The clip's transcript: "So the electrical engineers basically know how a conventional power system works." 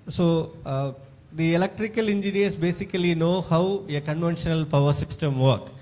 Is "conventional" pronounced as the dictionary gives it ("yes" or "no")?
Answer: yes